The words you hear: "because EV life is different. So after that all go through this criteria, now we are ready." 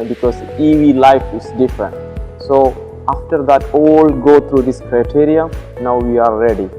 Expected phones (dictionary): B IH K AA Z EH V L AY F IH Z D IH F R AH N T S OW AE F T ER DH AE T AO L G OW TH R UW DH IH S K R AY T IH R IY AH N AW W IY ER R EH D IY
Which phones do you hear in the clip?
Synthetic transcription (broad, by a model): B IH K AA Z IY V L AY F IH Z D IH F R AH N T S OW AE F T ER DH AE T AO L G OW T R UW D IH S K R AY T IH R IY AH N AW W IY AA R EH D IY